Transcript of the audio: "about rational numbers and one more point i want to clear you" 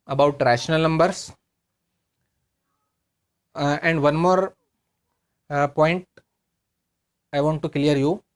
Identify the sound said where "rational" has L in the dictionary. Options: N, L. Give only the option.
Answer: L